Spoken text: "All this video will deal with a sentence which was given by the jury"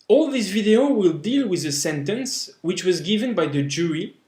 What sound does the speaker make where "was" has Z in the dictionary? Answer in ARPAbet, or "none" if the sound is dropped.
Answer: Z